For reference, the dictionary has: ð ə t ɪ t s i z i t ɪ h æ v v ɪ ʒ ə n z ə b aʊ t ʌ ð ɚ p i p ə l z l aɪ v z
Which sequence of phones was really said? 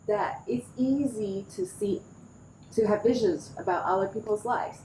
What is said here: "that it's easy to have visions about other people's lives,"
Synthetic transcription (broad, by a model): ð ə t ɪ t s i z i t ɪ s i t v ɪ ʒ ə n z ə b aʊ t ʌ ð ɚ p i p l z l aɪ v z